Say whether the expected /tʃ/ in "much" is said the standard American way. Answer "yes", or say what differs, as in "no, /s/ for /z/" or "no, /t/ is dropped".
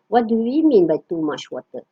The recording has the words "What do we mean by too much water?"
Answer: no, /ʃ/ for /tʃ/